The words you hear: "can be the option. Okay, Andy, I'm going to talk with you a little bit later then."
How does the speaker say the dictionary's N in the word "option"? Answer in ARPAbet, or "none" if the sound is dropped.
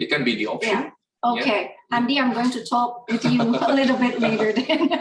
none